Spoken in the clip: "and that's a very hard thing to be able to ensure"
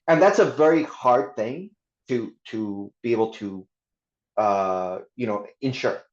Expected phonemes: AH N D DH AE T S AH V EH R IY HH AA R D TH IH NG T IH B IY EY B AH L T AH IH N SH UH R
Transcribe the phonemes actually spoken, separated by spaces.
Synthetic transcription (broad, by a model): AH N DH AE T S AH V EH R IY HH AA R D TH IH NG T IH B IY EY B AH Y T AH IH N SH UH R